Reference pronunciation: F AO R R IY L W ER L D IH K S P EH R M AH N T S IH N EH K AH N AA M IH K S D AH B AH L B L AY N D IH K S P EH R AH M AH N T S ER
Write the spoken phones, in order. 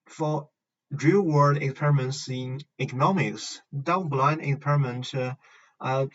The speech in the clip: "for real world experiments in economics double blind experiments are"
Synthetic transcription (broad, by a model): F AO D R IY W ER D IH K S P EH R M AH N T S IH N EH K AH N AA M IH K S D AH AH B L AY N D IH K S P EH R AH M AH N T ER